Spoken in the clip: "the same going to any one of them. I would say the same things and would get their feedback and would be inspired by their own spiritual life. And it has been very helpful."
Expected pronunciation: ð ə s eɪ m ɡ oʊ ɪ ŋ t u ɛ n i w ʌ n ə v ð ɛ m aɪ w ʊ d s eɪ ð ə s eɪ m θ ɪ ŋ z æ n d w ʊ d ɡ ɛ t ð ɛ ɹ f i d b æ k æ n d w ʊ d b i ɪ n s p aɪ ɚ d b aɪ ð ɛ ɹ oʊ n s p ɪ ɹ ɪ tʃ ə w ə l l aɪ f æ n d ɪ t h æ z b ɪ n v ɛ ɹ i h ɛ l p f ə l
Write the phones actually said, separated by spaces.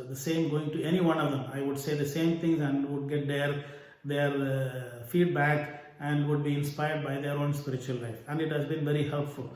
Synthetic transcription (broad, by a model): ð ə s eɪ m ɡ oʊ ɪ ŋ t u ɛ n i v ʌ n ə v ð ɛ m aɪ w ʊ d s eɪ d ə s eɪ m t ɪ ŋ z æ n d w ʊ d ɡ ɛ t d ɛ ɹ f i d b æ k æ n d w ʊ d b i ɪ n s p aɪ ɚ d b aɪ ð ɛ ɹ oʊ n s p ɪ ɹ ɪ tʃ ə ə l l aɪ f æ n d ɪ t h æ z b ɪ n v ɛ ɹ i h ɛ l p f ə l